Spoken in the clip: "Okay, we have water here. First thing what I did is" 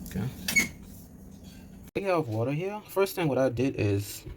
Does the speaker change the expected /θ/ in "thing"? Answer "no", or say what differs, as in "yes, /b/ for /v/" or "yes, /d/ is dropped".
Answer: no